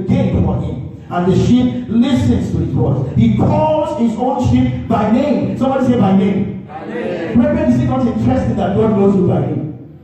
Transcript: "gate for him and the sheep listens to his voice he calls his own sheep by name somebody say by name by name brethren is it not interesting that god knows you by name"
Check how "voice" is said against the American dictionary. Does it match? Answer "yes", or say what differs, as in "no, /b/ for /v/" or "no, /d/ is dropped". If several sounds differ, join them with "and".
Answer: no, /b/ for /v/